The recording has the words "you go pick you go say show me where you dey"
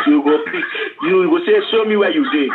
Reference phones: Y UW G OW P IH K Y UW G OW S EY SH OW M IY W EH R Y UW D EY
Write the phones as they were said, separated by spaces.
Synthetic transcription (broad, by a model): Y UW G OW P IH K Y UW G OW S EY S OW M IY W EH Y UW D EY